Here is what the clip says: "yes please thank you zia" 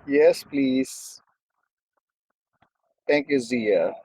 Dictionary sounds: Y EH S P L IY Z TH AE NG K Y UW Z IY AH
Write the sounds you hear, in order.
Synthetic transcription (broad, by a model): Y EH S P L IY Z T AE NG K Y UW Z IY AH